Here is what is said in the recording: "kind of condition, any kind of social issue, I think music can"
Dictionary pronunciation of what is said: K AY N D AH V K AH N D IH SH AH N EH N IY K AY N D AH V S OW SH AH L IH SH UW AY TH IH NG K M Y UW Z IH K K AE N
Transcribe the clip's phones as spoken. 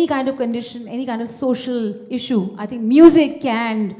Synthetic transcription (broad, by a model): K AY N D AH V K AH N D IH SH AH N EH N IY K AY N D AH V S OW SH AH L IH SH UW AY T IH NG K M Y UW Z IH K K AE N